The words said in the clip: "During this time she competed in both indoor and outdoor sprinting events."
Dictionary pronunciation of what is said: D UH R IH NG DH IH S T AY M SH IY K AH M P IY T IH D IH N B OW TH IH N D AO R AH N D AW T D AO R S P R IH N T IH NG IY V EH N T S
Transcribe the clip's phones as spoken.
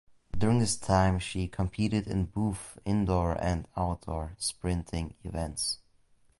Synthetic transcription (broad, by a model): D UH R IH NG DH IH S T AY M SH IY K AH M P IY T IH D IH N B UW F IH N D AO R AH N D AW T D AO R S P R IH N T IH NG IY V EH N T S